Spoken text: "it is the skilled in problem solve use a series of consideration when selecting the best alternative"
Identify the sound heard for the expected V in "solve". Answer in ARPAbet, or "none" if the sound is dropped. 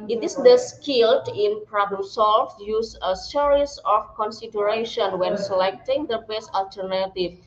F